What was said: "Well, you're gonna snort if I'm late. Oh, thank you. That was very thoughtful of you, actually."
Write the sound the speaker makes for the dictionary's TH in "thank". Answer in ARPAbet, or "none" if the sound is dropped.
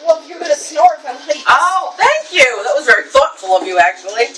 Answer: TH